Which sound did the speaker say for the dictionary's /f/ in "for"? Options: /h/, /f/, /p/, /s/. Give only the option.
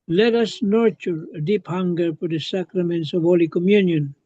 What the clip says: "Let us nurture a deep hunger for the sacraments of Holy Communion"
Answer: /p/